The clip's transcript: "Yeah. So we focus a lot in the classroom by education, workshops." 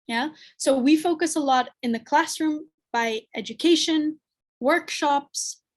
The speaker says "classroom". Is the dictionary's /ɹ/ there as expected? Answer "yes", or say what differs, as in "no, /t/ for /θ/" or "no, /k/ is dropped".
yes